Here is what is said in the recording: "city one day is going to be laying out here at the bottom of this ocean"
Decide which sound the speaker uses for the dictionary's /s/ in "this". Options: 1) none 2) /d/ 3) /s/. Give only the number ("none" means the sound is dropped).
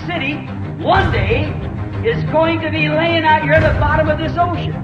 3